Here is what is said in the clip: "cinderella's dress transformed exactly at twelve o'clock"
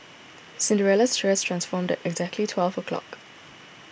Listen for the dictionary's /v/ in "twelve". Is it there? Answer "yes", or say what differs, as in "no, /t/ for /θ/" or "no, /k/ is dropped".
yes